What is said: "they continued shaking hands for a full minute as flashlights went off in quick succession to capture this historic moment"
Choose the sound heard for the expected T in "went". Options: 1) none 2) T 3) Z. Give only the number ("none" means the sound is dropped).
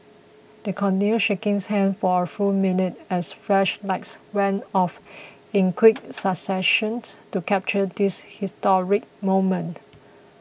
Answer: 1